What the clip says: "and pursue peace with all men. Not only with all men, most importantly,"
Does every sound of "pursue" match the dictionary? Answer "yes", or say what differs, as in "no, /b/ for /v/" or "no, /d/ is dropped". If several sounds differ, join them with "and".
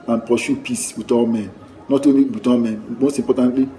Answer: no, /ʃ/ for /s/